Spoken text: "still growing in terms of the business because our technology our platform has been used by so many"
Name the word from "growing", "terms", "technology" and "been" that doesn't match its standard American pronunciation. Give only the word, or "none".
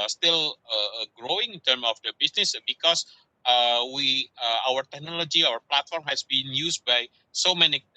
terms